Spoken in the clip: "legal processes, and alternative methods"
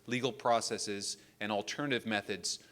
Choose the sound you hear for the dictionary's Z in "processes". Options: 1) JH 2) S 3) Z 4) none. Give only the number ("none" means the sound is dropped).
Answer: 3